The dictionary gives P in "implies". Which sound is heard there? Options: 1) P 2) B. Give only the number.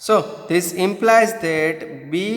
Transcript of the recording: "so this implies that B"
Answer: 1